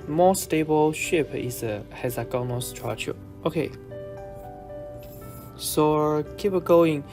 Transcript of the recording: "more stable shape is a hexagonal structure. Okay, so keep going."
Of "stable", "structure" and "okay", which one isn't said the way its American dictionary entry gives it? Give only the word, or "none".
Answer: structure